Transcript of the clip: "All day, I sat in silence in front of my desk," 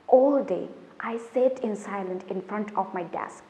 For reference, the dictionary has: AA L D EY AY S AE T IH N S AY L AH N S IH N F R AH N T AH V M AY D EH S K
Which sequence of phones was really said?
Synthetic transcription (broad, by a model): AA L D EY AY S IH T IH N S AY L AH N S IH N F R AH N T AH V M AY D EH S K